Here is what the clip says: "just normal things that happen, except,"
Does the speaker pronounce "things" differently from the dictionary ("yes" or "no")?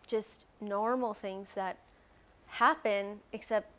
no